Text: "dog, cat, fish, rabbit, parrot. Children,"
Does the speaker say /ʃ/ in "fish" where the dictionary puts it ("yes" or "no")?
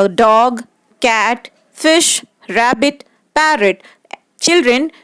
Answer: yes